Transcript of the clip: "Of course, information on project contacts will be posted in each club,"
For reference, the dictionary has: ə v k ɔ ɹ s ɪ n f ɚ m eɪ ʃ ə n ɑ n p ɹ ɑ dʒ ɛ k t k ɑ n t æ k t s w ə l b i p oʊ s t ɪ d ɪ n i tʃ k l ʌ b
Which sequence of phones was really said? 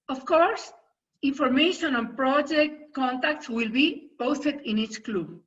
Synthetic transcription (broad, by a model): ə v k ɔ ɹ s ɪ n f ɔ m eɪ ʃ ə n ɑ n p ɹ ɑ dʒ ɛ k t k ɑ n t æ k t s w ə l b i p oʊ s t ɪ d ɪ n i tʃ k l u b